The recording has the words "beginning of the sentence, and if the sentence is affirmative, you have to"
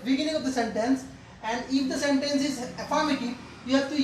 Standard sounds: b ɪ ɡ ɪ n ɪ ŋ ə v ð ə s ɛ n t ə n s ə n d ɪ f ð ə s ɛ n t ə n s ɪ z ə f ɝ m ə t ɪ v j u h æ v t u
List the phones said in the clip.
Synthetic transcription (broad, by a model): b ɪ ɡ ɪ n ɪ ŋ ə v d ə s ɛ n t ə n s ə n d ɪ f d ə s ɛ n t ə n s ɪ z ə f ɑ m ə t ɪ p j u h æ v t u